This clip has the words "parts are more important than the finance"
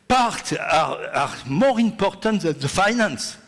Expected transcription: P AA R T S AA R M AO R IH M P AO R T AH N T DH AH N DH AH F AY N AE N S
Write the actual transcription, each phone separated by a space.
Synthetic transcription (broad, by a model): P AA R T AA AA R M AO R IH M P AO R T AH N T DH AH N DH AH F AY N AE N S